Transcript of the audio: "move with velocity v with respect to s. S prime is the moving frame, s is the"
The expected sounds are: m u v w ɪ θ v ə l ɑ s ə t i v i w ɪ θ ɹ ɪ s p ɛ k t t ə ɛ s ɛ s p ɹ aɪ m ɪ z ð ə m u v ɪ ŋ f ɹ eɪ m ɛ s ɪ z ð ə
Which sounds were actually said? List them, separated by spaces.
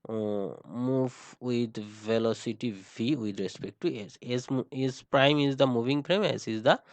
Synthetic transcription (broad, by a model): m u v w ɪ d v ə l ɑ s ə t i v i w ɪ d ɹ ɪ s p ɛ k t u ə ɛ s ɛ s p ɹ aɪ m ɪ z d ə m u v ɪ ŋ p ɹ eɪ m ɛ s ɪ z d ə